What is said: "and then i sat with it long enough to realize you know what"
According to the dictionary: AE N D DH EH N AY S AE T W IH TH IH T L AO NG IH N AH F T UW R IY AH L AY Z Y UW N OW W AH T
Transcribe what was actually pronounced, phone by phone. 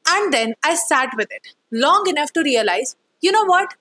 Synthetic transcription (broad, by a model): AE N D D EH N AY S AE T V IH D IH T L AO NG IH N AH F T UW R IY AH L AY Z Y UW N OW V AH T